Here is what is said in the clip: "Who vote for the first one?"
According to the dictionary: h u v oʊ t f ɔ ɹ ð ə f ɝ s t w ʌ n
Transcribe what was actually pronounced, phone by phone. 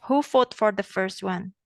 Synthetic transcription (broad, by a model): h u f oʊ t f ɔ ɹ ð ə f ɝ s t w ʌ n